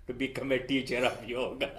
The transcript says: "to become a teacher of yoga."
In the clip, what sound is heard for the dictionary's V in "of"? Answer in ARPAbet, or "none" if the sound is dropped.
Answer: P